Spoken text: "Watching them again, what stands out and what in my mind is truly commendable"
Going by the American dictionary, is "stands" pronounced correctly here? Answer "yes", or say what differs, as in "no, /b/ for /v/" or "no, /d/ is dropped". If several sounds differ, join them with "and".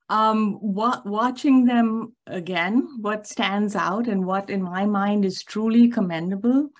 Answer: yes